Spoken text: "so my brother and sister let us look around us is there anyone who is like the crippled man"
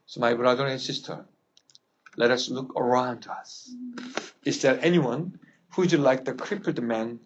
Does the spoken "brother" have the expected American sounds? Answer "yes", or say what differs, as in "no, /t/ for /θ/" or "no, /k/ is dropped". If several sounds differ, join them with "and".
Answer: yes